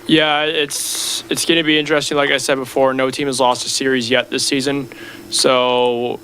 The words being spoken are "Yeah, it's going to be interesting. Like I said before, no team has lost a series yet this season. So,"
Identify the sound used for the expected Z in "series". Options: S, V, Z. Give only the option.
Z